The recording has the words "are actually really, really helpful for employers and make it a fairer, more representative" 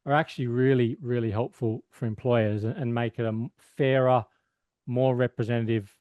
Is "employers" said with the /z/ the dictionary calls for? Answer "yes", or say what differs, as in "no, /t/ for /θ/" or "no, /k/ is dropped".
yes